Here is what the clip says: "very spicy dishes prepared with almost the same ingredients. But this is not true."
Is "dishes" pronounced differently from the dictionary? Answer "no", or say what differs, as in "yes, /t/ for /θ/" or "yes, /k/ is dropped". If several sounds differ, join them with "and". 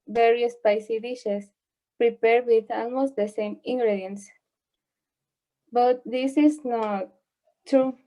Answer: yes, /s/ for /z/